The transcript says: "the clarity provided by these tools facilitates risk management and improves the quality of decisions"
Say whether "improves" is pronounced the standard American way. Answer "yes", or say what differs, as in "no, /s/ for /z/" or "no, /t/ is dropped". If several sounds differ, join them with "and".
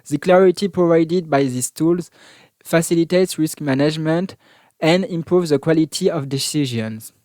yes